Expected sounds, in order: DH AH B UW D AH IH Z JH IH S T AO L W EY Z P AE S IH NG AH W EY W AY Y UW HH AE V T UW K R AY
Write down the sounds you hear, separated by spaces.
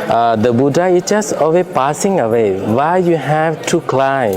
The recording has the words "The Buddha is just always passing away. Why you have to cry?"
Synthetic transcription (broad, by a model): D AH B UW D AH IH S JH IH S T AO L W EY P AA S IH NG AH W EY W AY Y UW HH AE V T UW K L AY